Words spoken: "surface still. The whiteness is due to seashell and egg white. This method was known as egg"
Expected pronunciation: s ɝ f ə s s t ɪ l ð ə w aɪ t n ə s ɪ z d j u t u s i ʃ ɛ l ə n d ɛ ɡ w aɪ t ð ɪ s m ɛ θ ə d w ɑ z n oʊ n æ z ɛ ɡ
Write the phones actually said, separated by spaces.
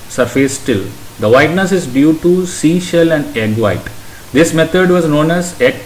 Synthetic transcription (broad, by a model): s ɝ f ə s s t ɪ l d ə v aɪ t n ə s ɪ z d j u t u s i ʃ ɛ l ə n d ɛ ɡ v aɪ t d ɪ s m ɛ t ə d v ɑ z n oʊ n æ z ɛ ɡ